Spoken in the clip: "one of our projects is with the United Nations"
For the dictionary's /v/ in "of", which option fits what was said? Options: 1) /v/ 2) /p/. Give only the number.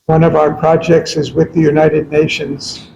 1